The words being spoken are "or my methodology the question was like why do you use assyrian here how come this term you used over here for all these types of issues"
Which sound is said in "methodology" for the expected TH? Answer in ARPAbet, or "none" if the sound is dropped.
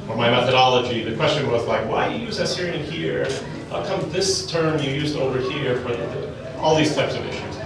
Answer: TH